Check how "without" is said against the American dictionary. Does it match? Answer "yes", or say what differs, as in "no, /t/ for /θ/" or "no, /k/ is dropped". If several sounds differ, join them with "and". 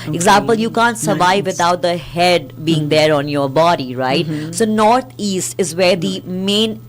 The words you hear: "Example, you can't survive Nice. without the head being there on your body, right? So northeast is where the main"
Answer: no, /t/ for /θ/